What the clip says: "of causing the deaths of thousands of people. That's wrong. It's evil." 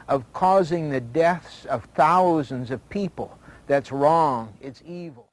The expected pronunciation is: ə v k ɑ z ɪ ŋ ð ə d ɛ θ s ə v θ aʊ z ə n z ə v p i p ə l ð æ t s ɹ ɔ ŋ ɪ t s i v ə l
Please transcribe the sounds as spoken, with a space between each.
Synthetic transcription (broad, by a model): ə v k ɑ z ɪ ŋ ð ə d ɛ θ s ə v θ aʊ z ə n z ə v p i p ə l ð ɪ t s ɹ ɔ ŋ ɪ t s i v l